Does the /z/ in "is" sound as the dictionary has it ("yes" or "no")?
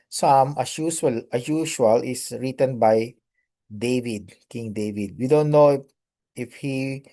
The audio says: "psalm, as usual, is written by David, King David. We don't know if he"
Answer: no